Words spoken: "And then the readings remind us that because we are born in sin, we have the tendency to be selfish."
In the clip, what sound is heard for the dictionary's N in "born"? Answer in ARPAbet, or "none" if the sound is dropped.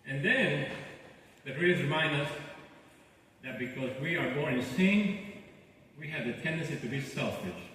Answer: none